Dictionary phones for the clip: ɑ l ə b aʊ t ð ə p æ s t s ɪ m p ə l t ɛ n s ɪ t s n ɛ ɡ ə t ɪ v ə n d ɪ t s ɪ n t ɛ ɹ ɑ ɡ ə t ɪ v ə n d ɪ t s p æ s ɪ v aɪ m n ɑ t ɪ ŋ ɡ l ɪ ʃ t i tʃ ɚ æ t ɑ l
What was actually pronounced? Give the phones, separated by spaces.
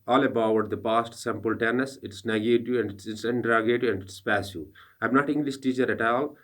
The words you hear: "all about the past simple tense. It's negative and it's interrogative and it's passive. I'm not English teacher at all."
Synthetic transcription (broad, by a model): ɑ l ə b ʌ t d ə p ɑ s t s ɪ m p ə l t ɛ n s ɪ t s n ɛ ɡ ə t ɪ ə n d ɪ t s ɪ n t ɹ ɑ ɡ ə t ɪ ə n d ɪ t s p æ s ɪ aɪ m n ɑ t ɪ ŋ ɡ l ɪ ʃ t i tʃ ɚ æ t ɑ l